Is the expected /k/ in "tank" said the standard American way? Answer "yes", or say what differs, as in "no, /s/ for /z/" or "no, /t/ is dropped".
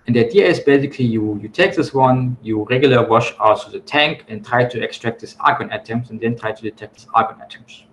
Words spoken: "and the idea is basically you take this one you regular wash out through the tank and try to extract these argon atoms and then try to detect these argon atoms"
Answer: yes